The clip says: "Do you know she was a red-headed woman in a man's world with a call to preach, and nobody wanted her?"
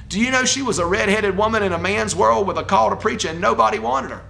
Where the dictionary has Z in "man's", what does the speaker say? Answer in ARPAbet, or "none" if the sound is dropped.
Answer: Z